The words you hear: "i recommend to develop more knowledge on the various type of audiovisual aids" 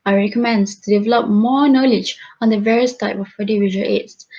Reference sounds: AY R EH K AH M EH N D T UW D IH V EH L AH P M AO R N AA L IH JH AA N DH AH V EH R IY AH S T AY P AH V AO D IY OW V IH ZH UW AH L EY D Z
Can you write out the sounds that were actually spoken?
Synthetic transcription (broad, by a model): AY R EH K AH M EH N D T UW D IH V EH L AH P M AO N AA L IH JH AA N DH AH V EH R IY AH S T AY P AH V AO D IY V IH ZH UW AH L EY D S